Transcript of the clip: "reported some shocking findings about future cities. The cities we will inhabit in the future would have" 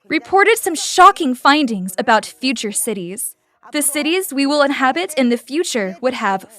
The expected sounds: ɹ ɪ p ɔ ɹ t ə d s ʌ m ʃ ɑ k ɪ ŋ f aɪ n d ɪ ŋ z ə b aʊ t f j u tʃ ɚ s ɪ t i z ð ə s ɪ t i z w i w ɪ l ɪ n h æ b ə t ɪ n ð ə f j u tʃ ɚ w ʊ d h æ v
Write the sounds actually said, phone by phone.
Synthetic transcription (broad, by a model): ɹ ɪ p ɔ ɹ t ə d s ʌ m ʃ ɑ k ɪ ŋ f aɪ n d ɪ ŋ z ə b aʊ t f j u tʃ ɚ s ɪ t i z ð ə s ɪ t i z w i w ɪ l ɪ n h æ b ə t ɪ n ð ə f j u tʃ ɚ w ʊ d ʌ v